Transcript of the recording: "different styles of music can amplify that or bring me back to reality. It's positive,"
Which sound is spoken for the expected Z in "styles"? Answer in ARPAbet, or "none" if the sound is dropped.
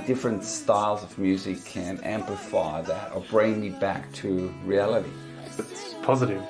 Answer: Z